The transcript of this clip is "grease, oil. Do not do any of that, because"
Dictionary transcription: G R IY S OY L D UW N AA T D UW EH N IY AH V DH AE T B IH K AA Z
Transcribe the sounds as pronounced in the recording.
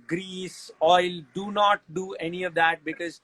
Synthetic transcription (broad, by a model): G R IY S OY L D UW N AA T D UW EH N IY AH V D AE T B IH K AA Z